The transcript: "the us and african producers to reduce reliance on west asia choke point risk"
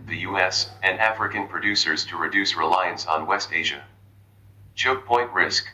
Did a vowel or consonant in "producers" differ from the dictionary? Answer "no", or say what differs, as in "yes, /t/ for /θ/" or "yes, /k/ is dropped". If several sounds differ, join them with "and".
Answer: no